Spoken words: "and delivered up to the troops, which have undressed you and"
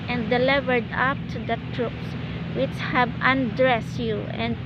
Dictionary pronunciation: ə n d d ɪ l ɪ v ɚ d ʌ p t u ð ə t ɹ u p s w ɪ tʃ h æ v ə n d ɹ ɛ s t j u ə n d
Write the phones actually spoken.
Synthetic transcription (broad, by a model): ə n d d ɪ l ɪ v ɚ d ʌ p t u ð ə t ɹ u p s w ɪ tʃ h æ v ə n d ɹ ɛ s t j u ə n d